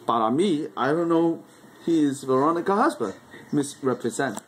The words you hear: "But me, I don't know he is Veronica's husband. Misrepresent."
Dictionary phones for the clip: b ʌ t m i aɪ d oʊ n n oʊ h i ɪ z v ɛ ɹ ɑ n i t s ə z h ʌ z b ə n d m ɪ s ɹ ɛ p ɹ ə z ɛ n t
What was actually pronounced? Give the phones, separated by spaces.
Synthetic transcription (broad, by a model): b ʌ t m i aɪ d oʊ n n oʊ h i ɪ z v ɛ ɹ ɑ n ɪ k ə h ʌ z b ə d m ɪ s ɹ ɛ p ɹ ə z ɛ n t